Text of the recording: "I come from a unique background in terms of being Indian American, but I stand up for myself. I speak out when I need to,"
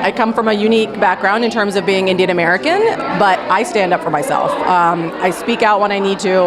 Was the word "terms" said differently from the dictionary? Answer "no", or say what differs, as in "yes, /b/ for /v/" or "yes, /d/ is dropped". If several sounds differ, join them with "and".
no